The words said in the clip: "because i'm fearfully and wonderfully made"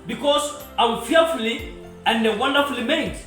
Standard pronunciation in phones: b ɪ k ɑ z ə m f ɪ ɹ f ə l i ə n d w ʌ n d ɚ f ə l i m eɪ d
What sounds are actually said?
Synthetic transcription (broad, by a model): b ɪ k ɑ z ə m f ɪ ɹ f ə l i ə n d w ʌ n d ɚ f ə l i m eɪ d